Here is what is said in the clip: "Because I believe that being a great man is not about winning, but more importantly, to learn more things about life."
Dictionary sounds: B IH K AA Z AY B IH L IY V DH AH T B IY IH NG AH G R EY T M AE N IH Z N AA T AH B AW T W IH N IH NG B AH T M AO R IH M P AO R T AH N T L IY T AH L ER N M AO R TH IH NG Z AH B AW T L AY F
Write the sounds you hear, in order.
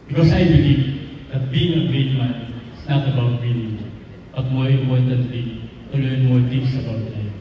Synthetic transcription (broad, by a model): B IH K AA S AY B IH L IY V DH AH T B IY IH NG AH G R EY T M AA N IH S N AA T AH B AW T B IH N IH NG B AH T M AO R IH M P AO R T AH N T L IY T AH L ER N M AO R T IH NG S AH B AW T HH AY